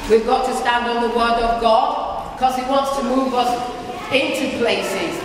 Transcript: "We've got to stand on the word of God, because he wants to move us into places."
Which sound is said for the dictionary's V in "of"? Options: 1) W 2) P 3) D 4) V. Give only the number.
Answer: 4